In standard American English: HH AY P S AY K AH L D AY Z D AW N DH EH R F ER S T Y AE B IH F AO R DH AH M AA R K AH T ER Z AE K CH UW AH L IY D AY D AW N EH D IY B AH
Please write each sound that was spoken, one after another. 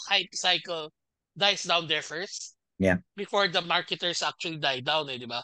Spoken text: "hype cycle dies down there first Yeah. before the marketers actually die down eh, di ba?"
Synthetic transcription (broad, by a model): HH AY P S AY K AH L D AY S D AW N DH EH R F ER S T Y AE B IH F AO R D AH M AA R K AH T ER S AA K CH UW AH L IY D AY D AW N EH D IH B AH